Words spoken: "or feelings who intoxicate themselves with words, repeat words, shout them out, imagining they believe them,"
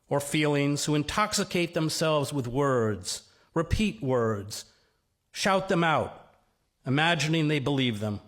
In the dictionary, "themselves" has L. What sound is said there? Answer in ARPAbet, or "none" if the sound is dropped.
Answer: L